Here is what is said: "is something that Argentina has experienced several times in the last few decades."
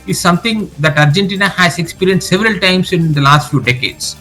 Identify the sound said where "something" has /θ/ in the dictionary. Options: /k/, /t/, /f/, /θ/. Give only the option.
/t/